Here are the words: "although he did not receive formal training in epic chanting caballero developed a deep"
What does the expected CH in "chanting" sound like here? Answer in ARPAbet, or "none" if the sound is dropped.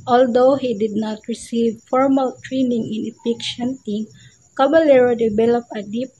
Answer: SH